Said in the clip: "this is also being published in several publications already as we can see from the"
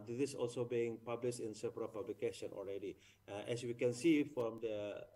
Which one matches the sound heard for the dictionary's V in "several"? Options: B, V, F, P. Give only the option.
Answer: P